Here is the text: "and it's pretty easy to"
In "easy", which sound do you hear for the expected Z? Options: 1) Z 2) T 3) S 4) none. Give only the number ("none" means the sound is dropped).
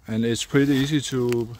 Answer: 3